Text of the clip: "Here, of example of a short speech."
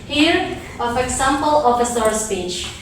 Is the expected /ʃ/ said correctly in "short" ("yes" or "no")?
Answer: no